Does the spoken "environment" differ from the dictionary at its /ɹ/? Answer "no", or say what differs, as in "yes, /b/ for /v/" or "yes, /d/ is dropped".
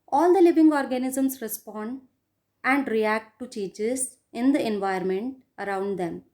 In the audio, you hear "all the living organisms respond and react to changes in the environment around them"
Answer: yes, /ɹ/ is dropped